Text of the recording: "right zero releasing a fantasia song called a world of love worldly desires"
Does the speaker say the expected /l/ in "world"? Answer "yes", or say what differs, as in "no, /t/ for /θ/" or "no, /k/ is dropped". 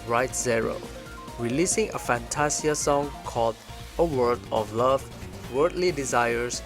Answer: no, /l/ is dropped